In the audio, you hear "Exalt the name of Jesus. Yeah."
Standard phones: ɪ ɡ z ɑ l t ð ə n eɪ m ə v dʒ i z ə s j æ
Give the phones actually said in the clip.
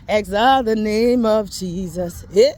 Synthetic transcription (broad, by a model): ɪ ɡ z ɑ ð ə n eɪ m ə v dʒ i z ə s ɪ